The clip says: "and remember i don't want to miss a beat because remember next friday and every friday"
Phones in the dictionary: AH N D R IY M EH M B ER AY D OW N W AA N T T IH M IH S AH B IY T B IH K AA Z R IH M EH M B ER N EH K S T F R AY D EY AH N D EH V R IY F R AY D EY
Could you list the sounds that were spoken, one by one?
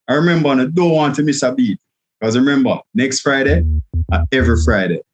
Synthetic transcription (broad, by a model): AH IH R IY M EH M B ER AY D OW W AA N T T IH M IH S AH B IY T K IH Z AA R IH M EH M B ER N EH K S T F R AY D EY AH EH V R IY F R AY D EY